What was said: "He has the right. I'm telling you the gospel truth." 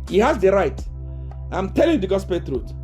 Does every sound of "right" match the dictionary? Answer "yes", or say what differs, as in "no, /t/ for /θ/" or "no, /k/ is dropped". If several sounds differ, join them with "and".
yes